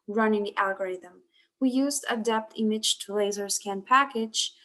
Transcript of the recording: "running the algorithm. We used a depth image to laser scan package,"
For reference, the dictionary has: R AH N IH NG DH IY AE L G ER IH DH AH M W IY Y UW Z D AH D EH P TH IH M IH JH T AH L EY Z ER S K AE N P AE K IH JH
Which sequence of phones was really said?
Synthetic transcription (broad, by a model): R AH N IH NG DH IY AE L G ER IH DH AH M W IY Y UW Z D AH D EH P T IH M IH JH T AH L EY Z ER S K AE N P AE K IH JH